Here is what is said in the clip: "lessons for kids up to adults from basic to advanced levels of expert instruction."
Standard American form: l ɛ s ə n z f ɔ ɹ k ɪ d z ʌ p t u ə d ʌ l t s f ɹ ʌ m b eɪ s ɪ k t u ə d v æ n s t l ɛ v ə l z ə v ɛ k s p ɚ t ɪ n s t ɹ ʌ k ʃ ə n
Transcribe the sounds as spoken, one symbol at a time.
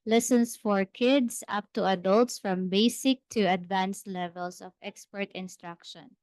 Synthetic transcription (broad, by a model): l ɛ s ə n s f ɔ ɹ k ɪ d s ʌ p t u ə d ʌ l t s f ɹ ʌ m b eɪ s ɪ k t u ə d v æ n s l ɛ v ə l s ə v ɛ k s p ɚ t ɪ n s t ɹ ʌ k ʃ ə n